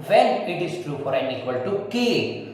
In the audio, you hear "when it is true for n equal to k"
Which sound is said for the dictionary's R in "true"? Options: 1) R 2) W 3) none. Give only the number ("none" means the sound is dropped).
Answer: 1